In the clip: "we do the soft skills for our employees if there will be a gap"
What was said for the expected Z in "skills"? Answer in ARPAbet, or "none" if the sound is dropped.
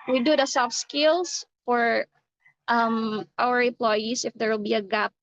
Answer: S